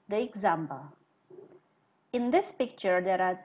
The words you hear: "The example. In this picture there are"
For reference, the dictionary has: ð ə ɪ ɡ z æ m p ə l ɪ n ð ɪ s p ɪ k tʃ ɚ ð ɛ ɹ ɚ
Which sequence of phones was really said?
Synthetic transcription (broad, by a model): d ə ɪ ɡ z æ m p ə l ɪ n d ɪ s p ɪ k tʃ ɚ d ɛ ɹ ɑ